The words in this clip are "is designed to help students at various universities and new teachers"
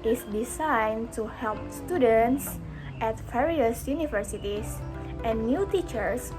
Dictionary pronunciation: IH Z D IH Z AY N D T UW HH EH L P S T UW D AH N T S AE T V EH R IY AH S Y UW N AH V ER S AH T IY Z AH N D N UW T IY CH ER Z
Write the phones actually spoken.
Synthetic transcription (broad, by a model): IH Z D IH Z AY N T UW HH EH L P S T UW D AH N T S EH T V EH R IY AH S Y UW N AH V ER S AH T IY S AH N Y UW T IY CH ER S